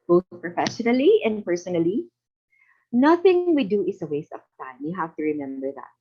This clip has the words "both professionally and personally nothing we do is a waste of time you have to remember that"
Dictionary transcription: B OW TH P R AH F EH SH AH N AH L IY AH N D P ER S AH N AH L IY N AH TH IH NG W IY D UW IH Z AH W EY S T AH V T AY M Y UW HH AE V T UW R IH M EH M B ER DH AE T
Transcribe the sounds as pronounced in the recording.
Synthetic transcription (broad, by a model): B OW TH P R AH F EH SH AH N AH L IY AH N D P ER S AH N AH L IY N AH TH IH NG W IY D UW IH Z AH W EY S T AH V T AY M Y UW HH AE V T UW R IH M EH M B ER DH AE T